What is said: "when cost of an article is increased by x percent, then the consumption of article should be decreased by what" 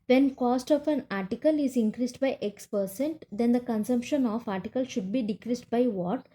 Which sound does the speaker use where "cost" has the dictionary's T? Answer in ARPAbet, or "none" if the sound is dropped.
T